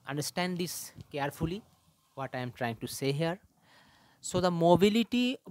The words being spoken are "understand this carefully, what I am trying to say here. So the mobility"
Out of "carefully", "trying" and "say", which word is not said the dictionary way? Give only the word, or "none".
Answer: none